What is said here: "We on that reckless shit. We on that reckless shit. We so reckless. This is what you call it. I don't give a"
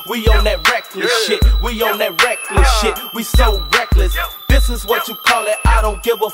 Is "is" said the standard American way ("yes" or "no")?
yes